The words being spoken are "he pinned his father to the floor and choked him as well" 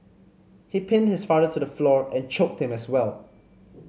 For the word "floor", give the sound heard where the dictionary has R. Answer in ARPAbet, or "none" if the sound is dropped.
R